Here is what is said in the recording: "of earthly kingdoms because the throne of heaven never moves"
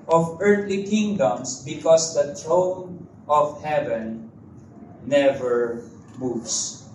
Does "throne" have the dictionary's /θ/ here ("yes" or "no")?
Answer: no